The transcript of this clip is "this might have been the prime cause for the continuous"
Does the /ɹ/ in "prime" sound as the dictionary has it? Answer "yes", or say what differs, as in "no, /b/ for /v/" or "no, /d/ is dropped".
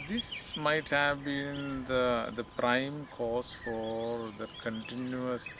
yes